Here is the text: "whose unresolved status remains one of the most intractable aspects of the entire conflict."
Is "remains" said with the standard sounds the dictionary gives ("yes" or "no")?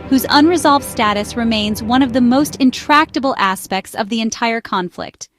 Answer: yes